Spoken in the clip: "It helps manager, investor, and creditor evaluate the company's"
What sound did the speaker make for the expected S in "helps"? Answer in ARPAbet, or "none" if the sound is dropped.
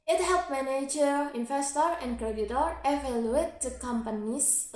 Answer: none